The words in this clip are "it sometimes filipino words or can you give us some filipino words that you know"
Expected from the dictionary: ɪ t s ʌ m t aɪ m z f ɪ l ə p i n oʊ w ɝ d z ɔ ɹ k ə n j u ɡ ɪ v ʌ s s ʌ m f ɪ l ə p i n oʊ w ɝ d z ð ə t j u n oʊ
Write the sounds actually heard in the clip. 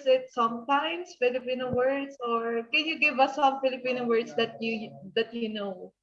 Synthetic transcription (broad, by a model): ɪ t s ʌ m t aɪ m s f ɪ l ə p i n oʊ w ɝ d s ɔ ɹ k ə n j u ɡ ɪ v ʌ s s ʌ m f ɪ l ə p i n oʊ w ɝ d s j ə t j u n oʊ